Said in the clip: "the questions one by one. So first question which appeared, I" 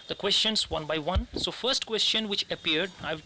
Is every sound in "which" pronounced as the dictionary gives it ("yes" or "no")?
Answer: yes